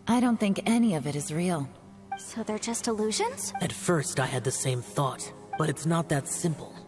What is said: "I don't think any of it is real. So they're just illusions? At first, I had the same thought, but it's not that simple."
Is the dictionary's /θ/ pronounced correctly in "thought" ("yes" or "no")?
yes